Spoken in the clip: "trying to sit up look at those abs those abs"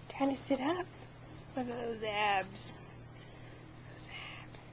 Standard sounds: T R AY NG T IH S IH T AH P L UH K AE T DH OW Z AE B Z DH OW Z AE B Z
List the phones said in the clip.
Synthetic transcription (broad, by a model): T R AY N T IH S IH T AH P W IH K DH OW Z AE B Z DH OW Z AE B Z